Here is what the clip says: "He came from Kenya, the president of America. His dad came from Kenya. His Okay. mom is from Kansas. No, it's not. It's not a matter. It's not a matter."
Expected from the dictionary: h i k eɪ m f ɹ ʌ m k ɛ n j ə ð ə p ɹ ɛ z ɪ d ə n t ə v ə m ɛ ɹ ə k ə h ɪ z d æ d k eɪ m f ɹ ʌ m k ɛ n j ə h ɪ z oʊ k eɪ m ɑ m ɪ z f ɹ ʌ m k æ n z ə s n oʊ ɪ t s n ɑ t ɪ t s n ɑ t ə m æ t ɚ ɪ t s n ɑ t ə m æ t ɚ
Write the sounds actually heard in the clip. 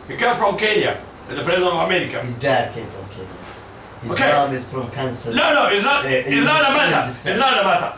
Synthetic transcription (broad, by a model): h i k eɪ m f ɹ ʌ m k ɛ n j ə ð ə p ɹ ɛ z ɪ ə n ə v ə m ɛ ɹ ə k ə h ɪ z d æ d k eɪ m f ɹ ʌ m k ɛ n j ə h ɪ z oʊ k eɪ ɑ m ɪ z f ɹ ʌ m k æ n s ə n n oʊ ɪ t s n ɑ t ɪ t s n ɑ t ə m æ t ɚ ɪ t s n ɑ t ə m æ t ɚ